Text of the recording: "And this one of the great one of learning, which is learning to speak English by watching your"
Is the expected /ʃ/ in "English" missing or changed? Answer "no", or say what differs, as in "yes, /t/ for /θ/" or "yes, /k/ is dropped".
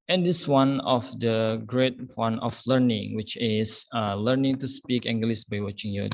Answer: yes, /s/ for /ʃ/